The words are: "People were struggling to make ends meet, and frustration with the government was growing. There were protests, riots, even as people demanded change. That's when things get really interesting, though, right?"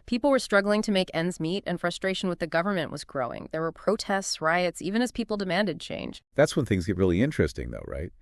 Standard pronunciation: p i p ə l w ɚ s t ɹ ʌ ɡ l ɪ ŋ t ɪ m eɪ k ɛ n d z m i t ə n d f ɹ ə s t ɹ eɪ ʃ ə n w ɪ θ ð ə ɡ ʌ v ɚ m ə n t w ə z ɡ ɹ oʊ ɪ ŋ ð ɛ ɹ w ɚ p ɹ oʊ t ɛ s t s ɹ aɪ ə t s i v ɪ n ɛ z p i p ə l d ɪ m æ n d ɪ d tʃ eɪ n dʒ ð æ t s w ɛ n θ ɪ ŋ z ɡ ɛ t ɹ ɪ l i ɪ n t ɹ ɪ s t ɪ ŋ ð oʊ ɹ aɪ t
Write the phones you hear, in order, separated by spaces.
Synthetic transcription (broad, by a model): p i p l w ɚ s t ɹ ʌ ɡ l ɪ ŋ t ɪ m eɪ k ɛ n d z m i t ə n f ɹ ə s t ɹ eɪ ʃ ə n w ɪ ð ə ɡ ʌ v ɚ m ə n t w ə z ɡ ɹ oʊ ɪ ŋ ð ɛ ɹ w ɚ p ɹ oʊ t ɛ s t s ɹ aɪ ə t s i v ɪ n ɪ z p i p l d ɪ m æ n d ɪ d tʃ eɪ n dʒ ð æ t s w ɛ n θ ɪ ŋ z ɡ ɛ t ɹ ɪ l i ɪ n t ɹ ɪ s t ɪ ŋ ð oʊ ɹ aɪ t